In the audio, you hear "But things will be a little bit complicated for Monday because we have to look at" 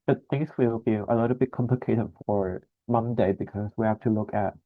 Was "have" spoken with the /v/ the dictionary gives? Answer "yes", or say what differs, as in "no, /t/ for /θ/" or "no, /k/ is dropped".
no, /f/ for /v/